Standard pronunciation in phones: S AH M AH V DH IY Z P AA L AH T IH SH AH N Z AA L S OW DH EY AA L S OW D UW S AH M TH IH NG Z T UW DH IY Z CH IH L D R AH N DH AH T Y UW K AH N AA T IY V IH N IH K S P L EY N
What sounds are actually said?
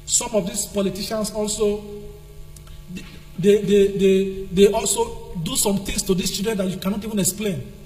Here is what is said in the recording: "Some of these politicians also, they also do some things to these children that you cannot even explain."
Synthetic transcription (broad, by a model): S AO M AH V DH IY S P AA L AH T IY SH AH N S AA L S OW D EY AA L S OW D UW S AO M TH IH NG S T UW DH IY S CH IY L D R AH N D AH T Y UW K AH N AA T IY V IH N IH K S P L EY N